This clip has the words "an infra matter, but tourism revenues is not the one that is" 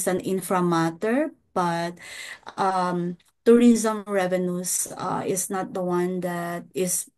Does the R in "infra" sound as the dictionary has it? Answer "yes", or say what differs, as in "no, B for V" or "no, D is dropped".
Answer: yes